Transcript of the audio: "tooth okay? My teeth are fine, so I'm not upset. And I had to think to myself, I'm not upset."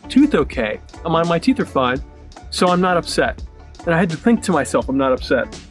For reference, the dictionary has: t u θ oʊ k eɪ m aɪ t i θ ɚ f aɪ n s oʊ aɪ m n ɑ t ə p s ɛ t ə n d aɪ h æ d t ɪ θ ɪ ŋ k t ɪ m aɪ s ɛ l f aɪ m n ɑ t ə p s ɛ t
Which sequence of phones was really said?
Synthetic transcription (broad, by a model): t u θ oʊ k eɪ m aɪ t i θ ɚ f aɪ n s oʊ aɪ m n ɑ t ə p s ɛ t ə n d aɪ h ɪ d t ɪ θ ɪ ŋ k t ɪ m aɪ s ɛ l f aɪ m n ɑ t ə p s ɛ t